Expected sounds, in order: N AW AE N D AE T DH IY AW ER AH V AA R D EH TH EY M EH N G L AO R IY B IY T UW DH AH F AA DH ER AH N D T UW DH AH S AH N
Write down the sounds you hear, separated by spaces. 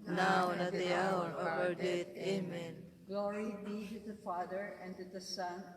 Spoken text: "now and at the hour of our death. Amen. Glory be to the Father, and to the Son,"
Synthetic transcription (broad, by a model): N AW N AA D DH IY AW ER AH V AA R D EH T EY M EH N G L AO R IY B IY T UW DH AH F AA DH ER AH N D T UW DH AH S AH N